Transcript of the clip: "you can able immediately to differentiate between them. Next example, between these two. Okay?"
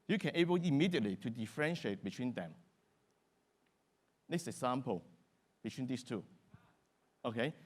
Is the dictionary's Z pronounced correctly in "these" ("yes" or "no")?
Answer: no